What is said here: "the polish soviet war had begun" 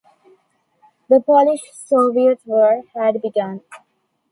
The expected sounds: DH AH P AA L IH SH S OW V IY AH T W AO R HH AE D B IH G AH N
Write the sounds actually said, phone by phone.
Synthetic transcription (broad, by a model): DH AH P AA L IH SH S OW V IY AH T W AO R HH AE D B IH G AH N